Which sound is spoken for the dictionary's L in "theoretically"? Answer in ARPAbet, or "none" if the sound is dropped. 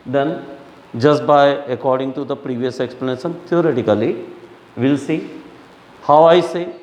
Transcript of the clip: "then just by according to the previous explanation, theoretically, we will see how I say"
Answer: none